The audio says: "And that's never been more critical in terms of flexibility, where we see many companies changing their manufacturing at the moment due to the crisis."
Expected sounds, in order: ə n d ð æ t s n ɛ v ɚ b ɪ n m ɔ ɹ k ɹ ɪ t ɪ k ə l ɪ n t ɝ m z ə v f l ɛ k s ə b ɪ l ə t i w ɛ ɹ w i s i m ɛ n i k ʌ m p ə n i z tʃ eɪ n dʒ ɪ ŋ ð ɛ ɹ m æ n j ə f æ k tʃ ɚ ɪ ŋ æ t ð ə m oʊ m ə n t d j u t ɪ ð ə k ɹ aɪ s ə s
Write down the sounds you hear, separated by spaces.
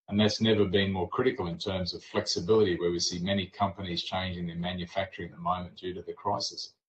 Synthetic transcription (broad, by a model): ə n ð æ t s n ɛ v ɚ b ɪ n m ɔ ɹ k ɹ ɪ t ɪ k l ɪ n t ɝ m z ə v f l ɛ k s ə b ɪ l ə t i w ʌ ɹ w i s i m ɛ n i k ʌ m p ə n i z tʃ eɪ n dʒ ɪ ŋ ð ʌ ɹ m æ n j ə f æ k tʃ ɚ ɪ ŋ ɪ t ð ə m oʊ m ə n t d j u t ɪ ð ə k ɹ aɪ s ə s